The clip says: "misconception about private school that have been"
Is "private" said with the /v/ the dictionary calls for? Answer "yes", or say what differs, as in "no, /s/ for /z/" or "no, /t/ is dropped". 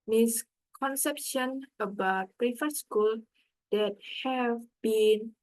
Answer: no, /f/ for /v/